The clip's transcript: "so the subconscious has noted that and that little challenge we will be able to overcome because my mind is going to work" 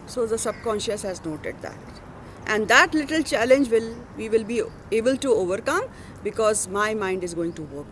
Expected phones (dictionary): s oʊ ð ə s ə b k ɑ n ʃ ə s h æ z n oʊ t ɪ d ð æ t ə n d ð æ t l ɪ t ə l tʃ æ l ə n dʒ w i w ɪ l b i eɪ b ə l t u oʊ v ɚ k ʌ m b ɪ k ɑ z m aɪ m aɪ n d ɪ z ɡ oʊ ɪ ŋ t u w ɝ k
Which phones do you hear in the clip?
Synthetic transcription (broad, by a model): s oʊ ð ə s ə b k ɑ n ʃ ə s h æ z n oʊ t ɪ d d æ t ə n d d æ t l ɪ t ə l tʃ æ l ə n dʒ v i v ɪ l b i eɪ b ə l t u oʊ v ɚ k ʌ m b ɪ k ɑ z m aɪ m aɪ n d ɪ z ɡ oʊ ɪ ŋ t u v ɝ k